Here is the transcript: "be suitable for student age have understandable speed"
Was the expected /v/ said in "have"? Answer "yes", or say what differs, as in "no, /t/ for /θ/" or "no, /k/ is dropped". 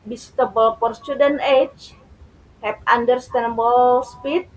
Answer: no, /p/ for /v/